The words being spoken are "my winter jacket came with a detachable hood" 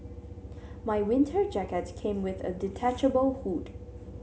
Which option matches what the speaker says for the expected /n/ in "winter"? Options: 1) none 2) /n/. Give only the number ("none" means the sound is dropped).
2